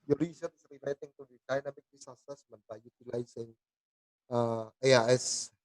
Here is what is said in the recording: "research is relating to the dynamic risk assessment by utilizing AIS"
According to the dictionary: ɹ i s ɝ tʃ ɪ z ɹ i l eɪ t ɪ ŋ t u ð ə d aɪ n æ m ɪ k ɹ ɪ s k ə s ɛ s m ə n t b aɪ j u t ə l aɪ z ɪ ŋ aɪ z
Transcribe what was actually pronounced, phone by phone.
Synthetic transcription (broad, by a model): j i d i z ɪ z ɹ i l eɪ t ɪ ŋ t u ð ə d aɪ n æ m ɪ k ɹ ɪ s ə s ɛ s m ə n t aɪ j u t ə l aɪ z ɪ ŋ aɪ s